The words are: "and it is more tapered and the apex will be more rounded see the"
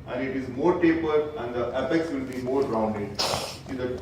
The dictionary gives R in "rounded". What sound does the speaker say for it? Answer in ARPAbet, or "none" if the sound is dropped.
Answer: R